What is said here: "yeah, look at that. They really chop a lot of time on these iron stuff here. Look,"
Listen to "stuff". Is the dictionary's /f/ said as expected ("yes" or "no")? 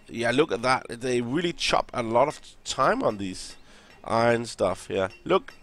yes